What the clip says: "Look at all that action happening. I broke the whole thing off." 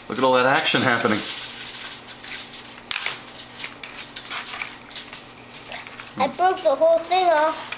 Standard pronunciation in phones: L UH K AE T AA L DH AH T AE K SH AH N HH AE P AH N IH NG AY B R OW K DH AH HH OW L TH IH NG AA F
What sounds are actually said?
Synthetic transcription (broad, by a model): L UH K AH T AA L DH AH T AE K SH AH N HH AE P AH N IH NG AY B R OW K DH AH HH OW L TH IH NG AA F